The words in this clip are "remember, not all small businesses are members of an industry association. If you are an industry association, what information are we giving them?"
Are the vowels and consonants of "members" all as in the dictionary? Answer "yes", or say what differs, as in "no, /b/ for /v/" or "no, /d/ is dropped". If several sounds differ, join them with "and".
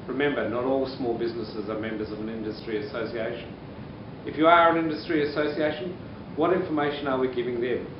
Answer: yes